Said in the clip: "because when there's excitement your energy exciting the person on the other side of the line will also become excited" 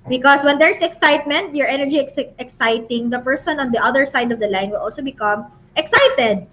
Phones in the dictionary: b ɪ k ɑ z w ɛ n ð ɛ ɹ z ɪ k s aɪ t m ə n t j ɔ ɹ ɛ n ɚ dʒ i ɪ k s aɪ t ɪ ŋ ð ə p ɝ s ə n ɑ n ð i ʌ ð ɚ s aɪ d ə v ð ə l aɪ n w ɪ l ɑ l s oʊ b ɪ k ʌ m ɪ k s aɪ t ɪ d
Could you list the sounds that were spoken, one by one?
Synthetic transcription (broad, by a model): b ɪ k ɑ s w ɛ n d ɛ ɹ s ɪ k s aɪ t m ə n t j ɔ ɹ ɛ n ɚ dʒ i ɪ k s aɪ t ɪ ŋ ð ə p ɝ s ə n ɑ n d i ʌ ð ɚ s aɪ d ə v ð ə l aɪ n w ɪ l ɑ l s oʊ b ɪ k ʌ m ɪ k s aɪ t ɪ d